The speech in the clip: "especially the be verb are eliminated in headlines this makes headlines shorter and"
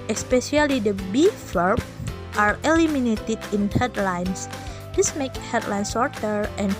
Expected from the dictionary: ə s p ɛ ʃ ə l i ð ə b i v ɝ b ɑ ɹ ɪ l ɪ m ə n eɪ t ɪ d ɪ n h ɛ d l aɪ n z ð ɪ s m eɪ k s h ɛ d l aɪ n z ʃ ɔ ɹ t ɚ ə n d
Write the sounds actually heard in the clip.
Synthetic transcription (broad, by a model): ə s p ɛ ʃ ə l i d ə b i f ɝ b ɑ ɹ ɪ l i m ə n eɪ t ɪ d ɪ n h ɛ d l aɪ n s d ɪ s m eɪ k h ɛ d l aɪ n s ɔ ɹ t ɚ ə n